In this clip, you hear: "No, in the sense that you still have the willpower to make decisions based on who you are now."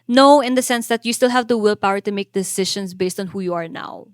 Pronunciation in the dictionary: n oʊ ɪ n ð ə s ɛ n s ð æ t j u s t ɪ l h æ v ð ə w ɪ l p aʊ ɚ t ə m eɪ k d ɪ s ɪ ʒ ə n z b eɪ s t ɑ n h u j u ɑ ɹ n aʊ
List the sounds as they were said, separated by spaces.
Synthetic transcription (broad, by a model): n oʊ ɪ n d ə s ɛ n s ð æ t j u s t ɪ l h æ v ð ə w ɪ l p aʊ ɚ t ə m eɪ k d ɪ s ɪ ʃ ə n s b eɪ s t ɑ n h u j u ɑ ɹ n aʊ